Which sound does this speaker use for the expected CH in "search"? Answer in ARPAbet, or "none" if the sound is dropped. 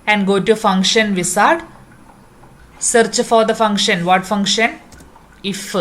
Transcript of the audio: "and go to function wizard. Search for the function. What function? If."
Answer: CH